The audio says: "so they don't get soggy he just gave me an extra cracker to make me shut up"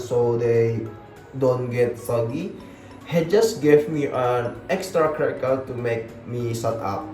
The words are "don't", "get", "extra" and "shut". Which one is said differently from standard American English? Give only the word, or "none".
shut